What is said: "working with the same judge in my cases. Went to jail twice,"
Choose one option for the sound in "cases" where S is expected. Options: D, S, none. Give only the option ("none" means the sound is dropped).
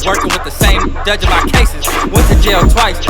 S